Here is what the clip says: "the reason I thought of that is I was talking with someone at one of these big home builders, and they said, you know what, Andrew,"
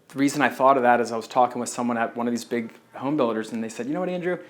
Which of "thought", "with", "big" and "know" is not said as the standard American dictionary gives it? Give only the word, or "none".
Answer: none